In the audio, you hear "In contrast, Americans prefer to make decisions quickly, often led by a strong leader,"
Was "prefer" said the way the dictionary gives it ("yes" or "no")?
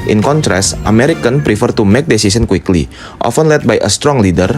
yes